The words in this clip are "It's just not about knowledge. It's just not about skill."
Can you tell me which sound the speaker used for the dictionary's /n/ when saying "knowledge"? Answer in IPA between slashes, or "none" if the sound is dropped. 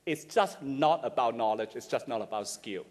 /n/